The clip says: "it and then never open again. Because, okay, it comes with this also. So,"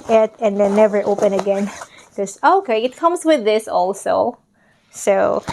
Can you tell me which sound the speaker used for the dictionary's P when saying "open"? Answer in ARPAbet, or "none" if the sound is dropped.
P